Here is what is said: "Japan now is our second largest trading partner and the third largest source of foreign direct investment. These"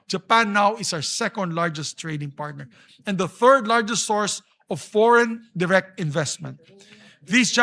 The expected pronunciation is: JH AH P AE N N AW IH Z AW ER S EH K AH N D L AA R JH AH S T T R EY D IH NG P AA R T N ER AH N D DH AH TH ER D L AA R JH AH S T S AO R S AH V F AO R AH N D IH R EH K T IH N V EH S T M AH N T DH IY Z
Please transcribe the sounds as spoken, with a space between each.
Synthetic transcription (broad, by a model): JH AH P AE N N AW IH S AW ER S EH K AH N D L AA R JH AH S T T R EY D IH NG P AA R T N ER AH N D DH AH TH ER D L AA R JH AH S T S AO R S AH V F AO R AH N D IH R EH K T IH N V EH S T M AH N T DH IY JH